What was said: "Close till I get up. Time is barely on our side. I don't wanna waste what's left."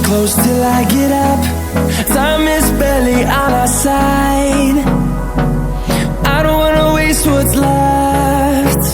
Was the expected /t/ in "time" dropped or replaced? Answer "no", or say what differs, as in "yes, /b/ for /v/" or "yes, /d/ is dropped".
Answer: yes, /s/ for /t/